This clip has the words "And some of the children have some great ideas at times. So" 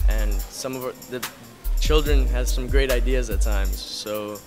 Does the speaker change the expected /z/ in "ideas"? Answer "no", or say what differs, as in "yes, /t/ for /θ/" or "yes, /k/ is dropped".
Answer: no